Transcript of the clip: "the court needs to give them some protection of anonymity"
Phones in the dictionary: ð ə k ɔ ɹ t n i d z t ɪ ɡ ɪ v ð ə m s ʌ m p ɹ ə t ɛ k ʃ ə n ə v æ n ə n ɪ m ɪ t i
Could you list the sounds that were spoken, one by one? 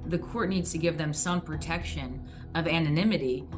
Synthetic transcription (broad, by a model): ð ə k ɔ ɹ t n i d z t ɪ ɡ ɪ v ð ə m s ʌ m p ɹ ə t ɛ k ʃ ə n ə v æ n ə n ɪ m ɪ t i